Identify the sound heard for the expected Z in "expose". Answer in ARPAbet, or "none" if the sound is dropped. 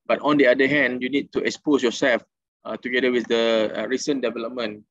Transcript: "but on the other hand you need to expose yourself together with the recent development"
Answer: S